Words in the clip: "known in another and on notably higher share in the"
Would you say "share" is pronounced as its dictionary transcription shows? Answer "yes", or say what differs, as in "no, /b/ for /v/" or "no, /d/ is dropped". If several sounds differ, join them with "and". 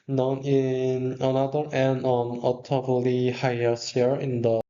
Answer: no, /s/ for /ʃ/